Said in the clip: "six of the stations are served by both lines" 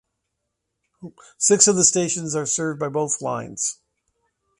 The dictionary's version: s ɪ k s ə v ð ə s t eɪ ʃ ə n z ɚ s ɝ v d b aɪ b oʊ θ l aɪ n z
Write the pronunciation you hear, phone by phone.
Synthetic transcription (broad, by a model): s ɪ k s ə v ð ə s t eɪ ʃ ə n z ɚ s ɝ v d b aɪ b oʊ θ l aɪ n z